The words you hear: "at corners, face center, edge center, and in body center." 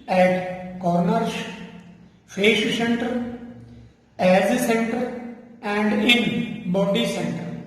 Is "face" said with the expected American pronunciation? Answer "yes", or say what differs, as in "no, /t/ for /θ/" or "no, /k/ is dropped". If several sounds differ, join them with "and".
no, /ʃ/ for /s/